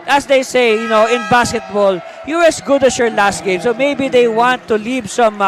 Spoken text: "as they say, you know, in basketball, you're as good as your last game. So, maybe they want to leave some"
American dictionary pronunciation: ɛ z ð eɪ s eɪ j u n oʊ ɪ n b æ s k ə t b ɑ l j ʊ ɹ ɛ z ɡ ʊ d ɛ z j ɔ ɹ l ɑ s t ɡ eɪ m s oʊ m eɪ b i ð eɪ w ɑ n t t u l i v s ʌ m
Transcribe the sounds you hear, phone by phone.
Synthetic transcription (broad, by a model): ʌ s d eɪ s eɪ j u n oʊ ɪ n b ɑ s k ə t b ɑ l j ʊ ɹ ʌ s ɡ ʊ d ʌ s j ɔ ɹ l ɑ s t ɡ eɪ m s oʊ m eɪ b i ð eɪ w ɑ n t t u l i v s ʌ m